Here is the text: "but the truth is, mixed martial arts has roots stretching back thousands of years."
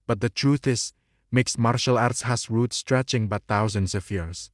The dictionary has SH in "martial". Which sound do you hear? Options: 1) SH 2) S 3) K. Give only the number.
1